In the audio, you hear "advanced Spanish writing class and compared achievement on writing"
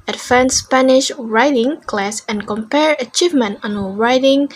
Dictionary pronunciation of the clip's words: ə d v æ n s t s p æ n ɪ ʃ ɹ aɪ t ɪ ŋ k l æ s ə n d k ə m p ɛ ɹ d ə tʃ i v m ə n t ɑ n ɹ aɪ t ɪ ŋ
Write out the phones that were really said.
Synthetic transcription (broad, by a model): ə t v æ n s s p æ n ɪ ʃ ɹ aɪ t ɪ ŋ k l æ s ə n k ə m p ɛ ɹ ə tʃ i v m ə n t ɑ n ɹ aɪ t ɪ ŋ